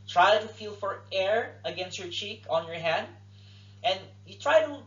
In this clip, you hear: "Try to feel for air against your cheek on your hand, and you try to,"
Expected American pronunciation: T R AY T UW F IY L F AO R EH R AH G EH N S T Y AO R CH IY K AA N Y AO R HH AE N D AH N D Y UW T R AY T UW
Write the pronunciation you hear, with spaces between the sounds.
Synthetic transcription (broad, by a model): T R AY T UW F IY L F AO R EH R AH G EH N S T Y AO R CH IY K AA N Y AO R HH AE N D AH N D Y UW T R AY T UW